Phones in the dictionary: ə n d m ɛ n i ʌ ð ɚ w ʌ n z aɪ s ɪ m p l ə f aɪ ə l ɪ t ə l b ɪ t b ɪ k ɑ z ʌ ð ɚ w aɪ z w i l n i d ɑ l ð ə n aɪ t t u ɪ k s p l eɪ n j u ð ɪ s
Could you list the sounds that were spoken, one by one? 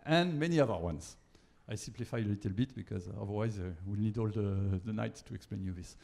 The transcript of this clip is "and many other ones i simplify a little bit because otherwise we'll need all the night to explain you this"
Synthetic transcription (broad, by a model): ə n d m ɛ n i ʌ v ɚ w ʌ n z aɪ s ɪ m p l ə f aɪ ə l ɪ t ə l b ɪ t b ɪ k ɑ z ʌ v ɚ w aɪ z w i l n i d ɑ l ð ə n aɪ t t u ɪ k s p l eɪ n j u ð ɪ s